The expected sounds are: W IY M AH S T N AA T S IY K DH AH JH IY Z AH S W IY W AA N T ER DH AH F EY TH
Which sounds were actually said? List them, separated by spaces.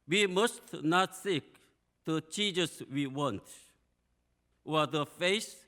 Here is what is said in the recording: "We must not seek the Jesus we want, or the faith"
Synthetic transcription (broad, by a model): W IY M AH S T N AA T S IY K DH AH CH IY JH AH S W IY W AA N T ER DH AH F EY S